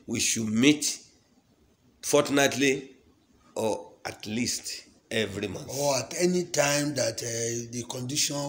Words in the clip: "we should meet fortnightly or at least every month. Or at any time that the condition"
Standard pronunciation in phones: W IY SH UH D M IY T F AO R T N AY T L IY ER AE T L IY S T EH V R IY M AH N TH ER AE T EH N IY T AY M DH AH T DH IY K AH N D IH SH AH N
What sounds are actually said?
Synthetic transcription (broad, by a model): W IY SH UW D M IY T F AO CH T N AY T L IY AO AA T L IY S T EH V R IY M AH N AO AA T EH N IY T AY M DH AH T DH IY K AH N D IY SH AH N